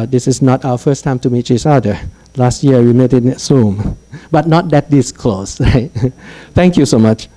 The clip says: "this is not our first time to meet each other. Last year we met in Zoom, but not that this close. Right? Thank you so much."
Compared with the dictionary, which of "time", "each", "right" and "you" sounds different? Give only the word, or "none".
each